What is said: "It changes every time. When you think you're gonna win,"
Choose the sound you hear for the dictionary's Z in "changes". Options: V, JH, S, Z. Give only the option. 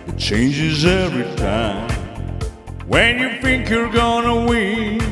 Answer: Z